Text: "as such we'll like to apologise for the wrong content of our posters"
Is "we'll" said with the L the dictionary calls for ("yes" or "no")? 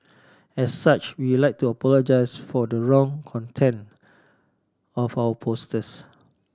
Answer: no